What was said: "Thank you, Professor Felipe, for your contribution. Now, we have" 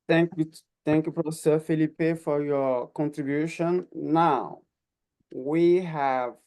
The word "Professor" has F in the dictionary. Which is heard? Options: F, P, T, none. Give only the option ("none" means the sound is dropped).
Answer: P